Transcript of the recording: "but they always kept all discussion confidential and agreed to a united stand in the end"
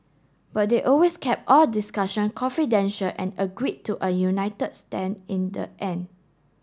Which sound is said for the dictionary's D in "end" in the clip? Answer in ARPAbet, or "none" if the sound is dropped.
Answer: none